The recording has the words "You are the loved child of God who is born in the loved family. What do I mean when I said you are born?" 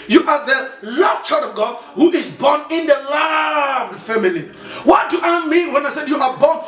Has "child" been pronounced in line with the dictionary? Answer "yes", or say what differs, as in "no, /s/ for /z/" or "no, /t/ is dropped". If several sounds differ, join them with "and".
no, /l/ is dropped